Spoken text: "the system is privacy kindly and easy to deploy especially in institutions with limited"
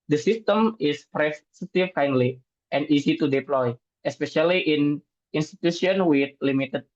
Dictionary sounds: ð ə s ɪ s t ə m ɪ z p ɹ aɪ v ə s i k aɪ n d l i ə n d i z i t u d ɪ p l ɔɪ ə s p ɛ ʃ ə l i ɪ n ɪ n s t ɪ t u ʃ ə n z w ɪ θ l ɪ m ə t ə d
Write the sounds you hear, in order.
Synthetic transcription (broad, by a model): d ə s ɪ s t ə m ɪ s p ɹ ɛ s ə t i k aɪ n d l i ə n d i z i t u d ɪ p l ɔɪ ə s p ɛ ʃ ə l i ɪ n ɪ n s t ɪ t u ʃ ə n w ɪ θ l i m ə t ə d